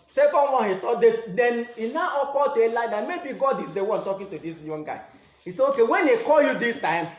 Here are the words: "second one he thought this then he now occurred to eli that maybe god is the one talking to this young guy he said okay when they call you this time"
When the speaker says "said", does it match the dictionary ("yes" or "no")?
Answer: no